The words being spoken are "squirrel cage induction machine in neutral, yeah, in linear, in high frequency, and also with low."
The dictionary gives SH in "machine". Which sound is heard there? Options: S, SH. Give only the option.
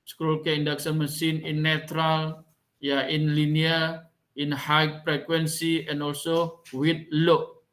S